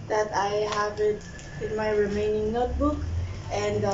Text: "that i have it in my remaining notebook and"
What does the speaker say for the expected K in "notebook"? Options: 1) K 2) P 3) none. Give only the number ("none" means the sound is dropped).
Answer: 1